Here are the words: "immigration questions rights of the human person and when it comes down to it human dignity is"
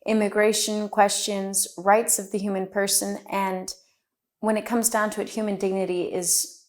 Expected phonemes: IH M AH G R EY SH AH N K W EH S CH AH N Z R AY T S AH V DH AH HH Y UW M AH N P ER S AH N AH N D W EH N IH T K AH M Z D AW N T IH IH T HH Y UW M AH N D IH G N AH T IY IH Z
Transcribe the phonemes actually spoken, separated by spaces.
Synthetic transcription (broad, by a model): IH M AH G R EY SH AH N K W EH S CH AH N Z R AY T S AH V DH AH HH Y UW M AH N P ER S AH N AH N W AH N IH T K AH M Z D AW N T IH IH T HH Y UW M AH N D IH G N AH T IY IH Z